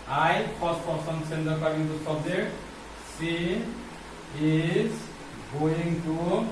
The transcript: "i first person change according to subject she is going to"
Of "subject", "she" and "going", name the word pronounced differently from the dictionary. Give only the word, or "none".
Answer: she